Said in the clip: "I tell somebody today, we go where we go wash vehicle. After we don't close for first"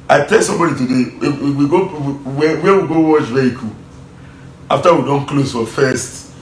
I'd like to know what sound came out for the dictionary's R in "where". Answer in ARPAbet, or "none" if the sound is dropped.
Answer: W